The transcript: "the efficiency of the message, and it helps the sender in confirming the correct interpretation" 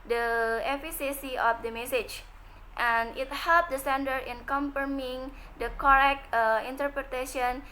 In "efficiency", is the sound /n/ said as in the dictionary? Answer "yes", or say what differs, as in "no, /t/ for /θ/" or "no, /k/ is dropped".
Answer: no, /n/ is dropped